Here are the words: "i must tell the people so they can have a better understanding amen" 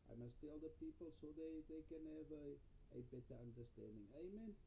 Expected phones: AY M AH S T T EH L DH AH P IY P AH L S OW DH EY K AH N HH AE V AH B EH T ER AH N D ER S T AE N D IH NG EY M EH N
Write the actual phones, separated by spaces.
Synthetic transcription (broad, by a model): AY M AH S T T EH L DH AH P IY P AH L S OW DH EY K AH N HH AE V AH B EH T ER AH N D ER S T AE N D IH NG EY M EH N